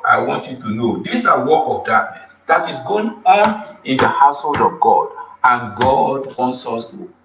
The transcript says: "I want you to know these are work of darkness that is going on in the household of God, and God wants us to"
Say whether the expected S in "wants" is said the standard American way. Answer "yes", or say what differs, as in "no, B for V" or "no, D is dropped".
yes